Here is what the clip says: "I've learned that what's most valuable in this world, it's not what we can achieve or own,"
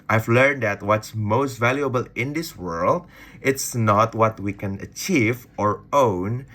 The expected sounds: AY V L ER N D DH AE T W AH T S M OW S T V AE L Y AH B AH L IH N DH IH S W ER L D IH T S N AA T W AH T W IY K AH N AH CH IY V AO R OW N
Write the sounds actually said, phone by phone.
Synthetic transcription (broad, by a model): AY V L ER N D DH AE T W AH T S M OW S T V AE L Y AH B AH L IH N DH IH S W ER L D IH T S N AA T W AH T W IY K AH N AH CH IY V AO R OW N